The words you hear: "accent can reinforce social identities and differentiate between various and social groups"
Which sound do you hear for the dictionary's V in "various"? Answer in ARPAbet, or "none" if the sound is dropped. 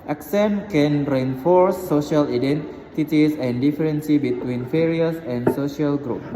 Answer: F